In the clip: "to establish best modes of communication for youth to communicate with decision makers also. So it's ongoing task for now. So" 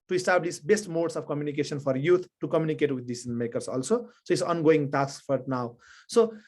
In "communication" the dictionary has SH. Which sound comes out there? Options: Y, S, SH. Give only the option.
S